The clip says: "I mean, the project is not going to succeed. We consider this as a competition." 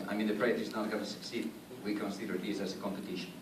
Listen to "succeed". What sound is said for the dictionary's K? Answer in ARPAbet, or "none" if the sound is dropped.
K